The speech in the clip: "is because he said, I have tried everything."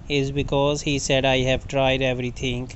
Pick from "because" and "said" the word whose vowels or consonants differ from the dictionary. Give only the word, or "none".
none